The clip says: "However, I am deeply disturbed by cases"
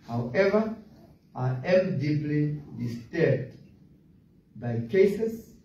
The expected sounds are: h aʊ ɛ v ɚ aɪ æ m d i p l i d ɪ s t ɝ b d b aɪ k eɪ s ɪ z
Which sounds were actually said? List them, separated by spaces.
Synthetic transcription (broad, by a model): h aʊ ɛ v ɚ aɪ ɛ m d i p l i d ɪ s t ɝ d b aɪ k eɪ s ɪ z